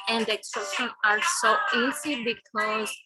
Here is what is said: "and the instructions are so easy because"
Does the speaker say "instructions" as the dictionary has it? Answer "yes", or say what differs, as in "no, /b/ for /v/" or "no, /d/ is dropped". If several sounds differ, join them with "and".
no, /k/ is dropped and /z/ is dropped